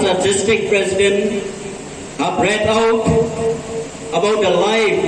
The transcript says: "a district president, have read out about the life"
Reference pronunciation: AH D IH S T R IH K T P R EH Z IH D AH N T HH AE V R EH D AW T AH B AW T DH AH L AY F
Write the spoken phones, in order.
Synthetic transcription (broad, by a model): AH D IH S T IH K P R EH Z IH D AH N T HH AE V R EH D AW T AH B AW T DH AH L AY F